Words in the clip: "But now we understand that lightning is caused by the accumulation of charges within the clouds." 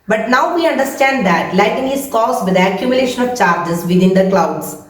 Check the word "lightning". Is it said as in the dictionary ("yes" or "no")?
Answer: no